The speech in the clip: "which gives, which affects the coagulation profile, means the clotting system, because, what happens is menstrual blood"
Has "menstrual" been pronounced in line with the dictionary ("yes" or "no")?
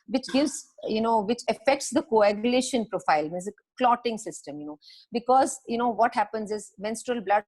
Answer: yes